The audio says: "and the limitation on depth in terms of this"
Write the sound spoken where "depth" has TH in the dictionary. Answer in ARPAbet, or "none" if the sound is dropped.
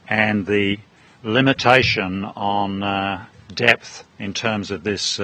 TH